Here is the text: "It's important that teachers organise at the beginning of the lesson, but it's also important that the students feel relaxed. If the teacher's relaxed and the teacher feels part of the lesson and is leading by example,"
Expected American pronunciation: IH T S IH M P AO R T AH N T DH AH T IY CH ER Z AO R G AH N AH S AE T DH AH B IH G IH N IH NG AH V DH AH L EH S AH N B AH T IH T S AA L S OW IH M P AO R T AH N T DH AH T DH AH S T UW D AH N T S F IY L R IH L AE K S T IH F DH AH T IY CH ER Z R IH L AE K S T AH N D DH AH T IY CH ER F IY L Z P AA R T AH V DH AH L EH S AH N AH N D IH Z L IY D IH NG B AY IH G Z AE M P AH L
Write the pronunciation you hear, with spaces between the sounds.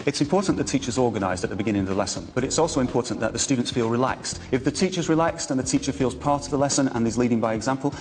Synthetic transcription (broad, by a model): IH T S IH M P AO R T N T DH AH T IY CH ER Z AO R G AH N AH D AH T DH AH B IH G IH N IH NG AH V DH AH L EH S AH N B AH T IH T S AA L S OW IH M P AO R T N DH AH T DH AH S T UW D N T S F IY L R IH L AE K S T IH F DH AH T IY CH ER Z R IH L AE K S T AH N DH AH T IY CH ER F IY L Z P AA R T AH V DH AH L EH S AH N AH N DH IH Z L IY D IH NG B AY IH G Z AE M P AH L